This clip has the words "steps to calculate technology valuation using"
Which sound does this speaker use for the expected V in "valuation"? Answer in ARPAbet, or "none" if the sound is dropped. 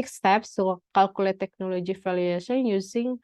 F